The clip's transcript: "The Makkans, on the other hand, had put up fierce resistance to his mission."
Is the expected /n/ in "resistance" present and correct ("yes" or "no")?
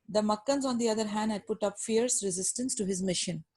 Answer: yes